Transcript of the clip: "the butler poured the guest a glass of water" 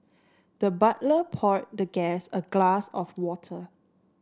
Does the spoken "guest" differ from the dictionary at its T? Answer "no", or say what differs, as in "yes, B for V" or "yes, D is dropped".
yes, T is dropped